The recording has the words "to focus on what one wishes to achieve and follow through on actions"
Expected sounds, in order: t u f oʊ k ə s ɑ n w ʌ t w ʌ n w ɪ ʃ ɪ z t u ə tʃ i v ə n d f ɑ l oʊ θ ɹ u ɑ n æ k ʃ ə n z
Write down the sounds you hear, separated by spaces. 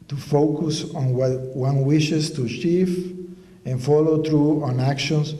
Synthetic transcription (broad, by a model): t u f oʊ k ə s ɑ n w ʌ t w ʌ n w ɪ ʃ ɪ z t u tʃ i f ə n f ɑ l oʊ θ ɹ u ɑ n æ k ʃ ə n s